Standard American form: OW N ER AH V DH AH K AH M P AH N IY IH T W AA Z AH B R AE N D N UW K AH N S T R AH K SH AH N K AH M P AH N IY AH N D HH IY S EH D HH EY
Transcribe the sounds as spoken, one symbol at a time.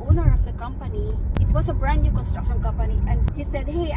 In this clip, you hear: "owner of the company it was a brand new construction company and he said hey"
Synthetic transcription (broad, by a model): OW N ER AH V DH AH K AH M P AH N IY IH T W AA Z AH B R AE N N UW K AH S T AH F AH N K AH M P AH N IY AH N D HH IY S EH D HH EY